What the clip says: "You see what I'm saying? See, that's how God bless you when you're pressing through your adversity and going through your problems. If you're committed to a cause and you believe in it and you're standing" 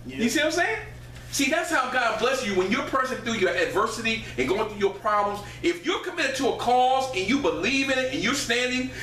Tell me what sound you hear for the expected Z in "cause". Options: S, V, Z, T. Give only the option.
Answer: Z